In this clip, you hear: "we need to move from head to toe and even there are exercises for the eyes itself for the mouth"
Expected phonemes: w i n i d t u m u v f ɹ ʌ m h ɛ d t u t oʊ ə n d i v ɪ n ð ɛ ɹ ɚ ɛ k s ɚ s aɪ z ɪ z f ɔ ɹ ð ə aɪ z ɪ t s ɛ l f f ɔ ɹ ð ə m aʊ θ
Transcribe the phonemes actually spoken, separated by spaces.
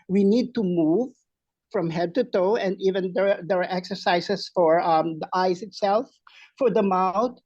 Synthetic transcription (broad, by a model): w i n i d t u m u v f ɹ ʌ m h ɛ d t u t oʊ ə n d i v ɪ n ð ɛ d ɚ ɛ k s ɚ s aɪ s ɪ s f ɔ ɹ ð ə aɪ s ɪ t s ɛ l f f ɔ ɹ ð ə m aʊ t